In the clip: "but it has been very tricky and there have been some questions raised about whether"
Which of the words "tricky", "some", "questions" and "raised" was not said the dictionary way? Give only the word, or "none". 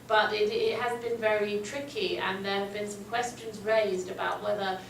none